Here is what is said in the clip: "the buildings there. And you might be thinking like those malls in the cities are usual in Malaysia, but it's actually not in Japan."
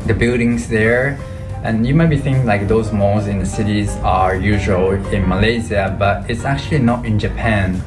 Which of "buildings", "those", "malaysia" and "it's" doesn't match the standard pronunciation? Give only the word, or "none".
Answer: malaysia